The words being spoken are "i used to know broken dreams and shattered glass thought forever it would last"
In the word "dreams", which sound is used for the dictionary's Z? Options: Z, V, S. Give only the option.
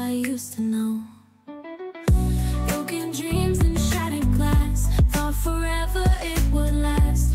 Z